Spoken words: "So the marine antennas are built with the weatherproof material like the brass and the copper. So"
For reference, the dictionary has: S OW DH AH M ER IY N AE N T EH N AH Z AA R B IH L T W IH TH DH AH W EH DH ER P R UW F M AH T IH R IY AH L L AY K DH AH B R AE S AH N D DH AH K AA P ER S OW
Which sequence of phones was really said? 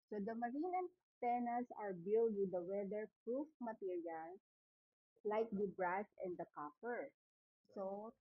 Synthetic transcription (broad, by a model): S OW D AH M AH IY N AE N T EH N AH S AA R B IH L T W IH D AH W EH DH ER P R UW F M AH T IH R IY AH L L AY K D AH B R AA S AH N D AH K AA F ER S OW